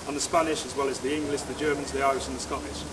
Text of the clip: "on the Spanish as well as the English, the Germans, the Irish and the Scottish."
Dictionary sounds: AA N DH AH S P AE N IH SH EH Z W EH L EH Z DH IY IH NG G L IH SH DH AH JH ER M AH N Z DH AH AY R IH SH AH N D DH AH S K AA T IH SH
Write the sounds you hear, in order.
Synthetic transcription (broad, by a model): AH N DH AH S P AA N IH SH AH Z W EH L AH Z DH IY IH NG G L IH SH DH AH JH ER M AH N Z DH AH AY IH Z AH N DH AH S K AA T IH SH